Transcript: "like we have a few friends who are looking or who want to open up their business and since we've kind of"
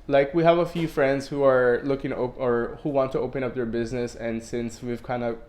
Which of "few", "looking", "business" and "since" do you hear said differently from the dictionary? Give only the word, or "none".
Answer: none